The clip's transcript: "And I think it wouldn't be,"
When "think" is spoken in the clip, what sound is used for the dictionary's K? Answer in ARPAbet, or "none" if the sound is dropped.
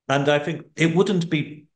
K